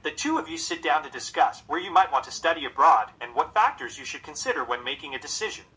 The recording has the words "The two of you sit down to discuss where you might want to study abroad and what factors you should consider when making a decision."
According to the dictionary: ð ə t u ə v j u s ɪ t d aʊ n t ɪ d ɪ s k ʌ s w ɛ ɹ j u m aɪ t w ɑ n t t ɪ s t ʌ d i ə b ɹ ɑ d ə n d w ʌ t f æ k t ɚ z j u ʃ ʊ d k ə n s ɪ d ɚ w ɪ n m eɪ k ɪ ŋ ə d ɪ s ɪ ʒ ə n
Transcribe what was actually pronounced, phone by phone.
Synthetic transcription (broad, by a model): ð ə t u ə v j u s ɪ t d aʊ n t ɪ d ɪ s k ʌ s w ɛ ɹ j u m aɪ t w ɑ n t t ɪ s t ʌ d i ə b ɹ ɑ d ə n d w ʌ t f æ k t ɚ z j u ʃ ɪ d k ə n s ɪ d ɚ w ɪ n m eɪ k ɪ ŋ ə d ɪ s ɪ ʒ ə n